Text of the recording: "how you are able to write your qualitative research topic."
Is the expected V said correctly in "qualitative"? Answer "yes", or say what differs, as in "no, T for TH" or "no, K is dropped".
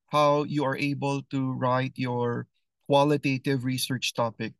yes